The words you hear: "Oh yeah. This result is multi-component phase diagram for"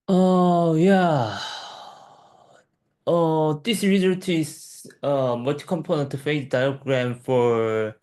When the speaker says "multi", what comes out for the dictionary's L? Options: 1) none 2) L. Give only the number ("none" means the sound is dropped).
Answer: 1